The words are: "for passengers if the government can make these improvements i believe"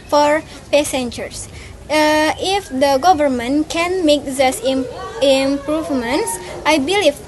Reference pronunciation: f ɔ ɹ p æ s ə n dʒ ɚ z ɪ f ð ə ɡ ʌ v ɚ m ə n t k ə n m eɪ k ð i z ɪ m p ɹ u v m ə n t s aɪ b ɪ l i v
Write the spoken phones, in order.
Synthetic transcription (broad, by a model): f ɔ ɹ p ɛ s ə n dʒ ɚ s ɪ f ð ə ɡ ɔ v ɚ m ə n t k ə n m eɪ k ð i s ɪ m p ɹ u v m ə n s aɪ b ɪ l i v